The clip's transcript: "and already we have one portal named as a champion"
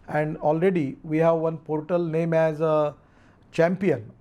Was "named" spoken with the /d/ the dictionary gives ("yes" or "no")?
no